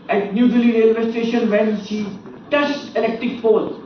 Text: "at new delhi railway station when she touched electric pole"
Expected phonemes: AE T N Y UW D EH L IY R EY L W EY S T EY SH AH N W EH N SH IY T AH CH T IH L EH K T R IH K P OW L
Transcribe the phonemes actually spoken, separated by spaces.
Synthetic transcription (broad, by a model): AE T N Y UW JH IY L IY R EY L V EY S T EY SH AH N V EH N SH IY T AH S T IH L EH K T R IH K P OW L